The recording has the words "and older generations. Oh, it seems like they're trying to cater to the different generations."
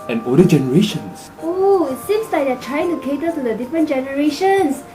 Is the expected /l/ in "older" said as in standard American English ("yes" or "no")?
no